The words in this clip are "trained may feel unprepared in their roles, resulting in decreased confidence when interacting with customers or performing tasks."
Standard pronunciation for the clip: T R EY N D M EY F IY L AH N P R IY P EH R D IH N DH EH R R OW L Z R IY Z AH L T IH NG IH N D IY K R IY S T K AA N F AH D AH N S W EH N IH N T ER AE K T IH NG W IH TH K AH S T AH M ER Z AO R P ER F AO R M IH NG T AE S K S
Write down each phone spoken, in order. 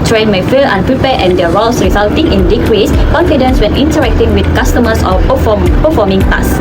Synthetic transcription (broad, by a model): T R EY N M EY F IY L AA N P R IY P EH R IH N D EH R R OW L S R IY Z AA L T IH NG IH N D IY K R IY S K AA N F AH D AH N S W EH N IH N T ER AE K T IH NG W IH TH K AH S T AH M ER S AO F P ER F AO M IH NG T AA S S